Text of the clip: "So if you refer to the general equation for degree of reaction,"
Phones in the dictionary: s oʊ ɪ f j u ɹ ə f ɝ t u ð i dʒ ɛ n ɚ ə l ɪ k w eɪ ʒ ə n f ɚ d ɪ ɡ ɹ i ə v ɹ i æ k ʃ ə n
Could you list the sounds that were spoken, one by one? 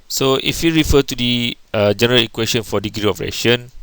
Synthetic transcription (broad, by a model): s oʊ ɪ f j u ɹ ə f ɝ t u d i dʒ ɛ n ɚ ə l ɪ k w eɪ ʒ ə n f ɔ d ɪ ɡ ɹ i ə p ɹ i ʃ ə n